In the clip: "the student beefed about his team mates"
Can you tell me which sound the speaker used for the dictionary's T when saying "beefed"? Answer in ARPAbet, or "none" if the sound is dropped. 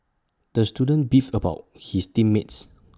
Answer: none